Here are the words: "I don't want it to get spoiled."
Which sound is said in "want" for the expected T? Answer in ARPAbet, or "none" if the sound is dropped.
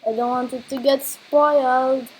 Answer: T